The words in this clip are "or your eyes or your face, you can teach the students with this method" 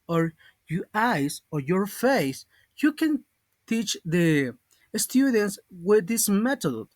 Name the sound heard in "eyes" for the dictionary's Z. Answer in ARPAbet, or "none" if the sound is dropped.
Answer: S